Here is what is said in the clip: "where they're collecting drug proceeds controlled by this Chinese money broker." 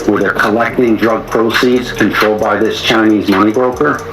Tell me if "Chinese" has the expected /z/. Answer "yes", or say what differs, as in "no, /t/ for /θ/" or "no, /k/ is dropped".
yes